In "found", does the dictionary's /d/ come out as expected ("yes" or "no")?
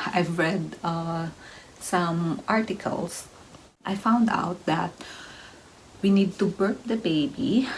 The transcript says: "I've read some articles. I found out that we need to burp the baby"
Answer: yes